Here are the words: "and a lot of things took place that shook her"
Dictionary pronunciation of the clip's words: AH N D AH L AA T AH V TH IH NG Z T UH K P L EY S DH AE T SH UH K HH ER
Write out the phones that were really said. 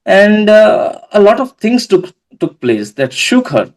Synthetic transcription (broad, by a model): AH N D AH L AA T AH V T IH NG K T UH K P L EY S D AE T SH UH K HH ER